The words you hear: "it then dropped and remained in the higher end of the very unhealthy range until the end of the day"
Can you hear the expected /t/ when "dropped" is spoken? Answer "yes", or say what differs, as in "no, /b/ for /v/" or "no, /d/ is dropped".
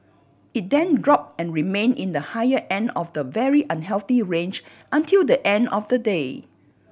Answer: no, /t/ is dropped